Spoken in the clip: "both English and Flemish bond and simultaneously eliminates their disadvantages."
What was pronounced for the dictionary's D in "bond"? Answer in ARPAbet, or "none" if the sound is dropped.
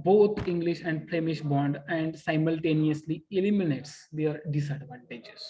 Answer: D